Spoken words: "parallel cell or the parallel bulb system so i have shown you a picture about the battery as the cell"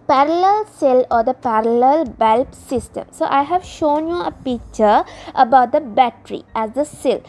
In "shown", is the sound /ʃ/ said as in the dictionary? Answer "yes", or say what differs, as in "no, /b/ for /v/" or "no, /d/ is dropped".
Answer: yes